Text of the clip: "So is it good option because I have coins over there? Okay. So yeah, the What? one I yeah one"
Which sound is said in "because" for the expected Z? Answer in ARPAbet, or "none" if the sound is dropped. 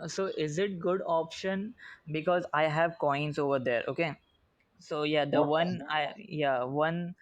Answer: Z